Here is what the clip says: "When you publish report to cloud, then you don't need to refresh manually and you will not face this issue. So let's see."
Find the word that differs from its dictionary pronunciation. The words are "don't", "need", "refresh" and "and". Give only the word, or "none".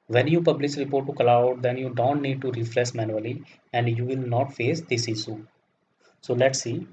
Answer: refresh